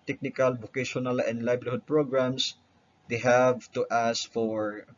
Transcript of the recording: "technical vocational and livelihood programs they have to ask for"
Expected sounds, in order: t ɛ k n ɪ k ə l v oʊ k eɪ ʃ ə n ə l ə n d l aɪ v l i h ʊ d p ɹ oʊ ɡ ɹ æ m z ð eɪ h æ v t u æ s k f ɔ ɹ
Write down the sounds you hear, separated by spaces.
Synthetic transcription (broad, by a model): t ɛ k n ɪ k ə l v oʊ k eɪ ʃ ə n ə l ə n d l aɪ b l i h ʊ d p ɹ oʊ ɡ ɹ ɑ m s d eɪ h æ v t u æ s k f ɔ ɹ